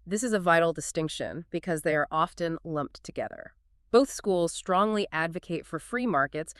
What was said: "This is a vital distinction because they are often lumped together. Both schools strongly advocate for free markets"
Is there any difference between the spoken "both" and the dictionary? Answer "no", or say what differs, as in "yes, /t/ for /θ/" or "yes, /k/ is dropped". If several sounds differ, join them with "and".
no